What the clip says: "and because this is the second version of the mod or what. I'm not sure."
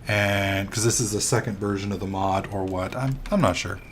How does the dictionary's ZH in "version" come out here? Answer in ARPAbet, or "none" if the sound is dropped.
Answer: ZH